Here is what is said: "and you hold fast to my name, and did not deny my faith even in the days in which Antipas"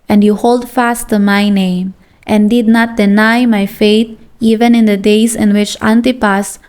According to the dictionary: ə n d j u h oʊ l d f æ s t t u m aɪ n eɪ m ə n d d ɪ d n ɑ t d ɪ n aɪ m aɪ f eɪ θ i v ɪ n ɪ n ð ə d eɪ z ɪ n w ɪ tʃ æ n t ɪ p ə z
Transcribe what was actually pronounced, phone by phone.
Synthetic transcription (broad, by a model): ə n d j u h oʊ l d f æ s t t u m aɪ n eɪ m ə n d d ɪ d n ɑ t d ɪ n aɪ m aɪ f eɪ t i v ɪ n ɪ n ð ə d eɪ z ɪ n w ɪ tʃ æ n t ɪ p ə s